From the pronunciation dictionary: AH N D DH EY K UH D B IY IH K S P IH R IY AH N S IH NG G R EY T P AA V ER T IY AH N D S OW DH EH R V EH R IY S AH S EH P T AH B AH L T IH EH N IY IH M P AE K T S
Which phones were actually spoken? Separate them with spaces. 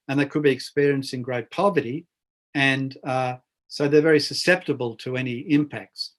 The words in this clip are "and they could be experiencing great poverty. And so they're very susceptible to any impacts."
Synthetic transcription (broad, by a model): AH N DH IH K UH D B IY IH K S P IH R IY AH N S IH NG G R EY T P AA V ER T IY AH N S OW DH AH R V EH R IY S AH S EH P T AH B AH L T IH EH N IY IH M P AE K T S